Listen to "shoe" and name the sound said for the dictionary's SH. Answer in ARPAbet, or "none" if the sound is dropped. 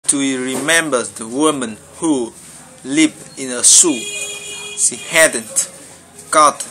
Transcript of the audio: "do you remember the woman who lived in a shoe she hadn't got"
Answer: S